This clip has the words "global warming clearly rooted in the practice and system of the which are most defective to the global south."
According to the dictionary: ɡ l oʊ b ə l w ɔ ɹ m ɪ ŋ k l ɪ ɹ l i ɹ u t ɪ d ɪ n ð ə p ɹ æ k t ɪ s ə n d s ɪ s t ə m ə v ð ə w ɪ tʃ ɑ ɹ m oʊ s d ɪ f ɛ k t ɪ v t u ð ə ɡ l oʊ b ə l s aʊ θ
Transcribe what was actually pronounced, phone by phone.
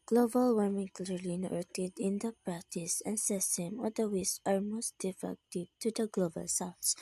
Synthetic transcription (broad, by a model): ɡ l oʊ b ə l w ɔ ɹ m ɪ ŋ k l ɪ ɹ l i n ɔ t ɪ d ɪ n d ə p ɹ æ k t ɪ s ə n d s ɪ s t ə m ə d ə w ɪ s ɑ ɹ m oʊ s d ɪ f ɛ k t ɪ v t u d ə ɡ l oʊ b ə l s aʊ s